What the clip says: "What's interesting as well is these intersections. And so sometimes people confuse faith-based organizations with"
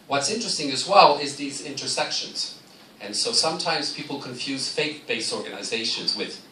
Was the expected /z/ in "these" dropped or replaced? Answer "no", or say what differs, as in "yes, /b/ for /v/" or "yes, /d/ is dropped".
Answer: no